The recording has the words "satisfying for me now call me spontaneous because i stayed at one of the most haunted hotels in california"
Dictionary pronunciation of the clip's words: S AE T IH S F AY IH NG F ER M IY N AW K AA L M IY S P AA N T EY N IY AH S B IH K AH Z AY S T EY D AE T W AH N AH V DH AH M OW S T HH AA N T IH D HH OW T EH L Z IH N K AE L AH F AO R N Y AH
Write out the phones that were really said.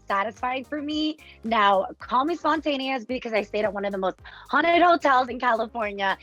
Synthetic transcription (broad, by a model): S AE T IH S F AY IH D F ER M IY N AW K AA L M IY S P AA N T EY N IY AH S B IH K AH Z AY S T EY D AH T W AH N AH V DH AH M OW S T HH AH N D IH D HH OW T EH L Z IH N K AE L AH F AO R N Y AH